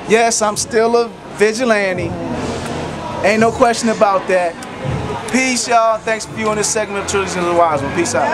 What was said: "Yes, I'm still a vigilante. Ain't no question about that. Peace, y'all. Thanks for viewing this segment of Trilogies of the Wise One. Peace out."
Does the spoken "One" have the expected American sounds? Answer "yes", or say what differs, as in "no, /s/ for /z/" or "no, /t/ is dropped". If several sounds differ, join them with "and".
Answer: no, /l/ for /n/